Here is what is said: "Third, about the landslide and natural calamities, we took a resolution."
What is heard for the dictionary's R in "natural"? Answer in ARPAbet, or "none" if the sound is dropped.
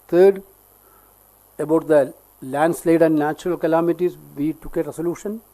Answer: R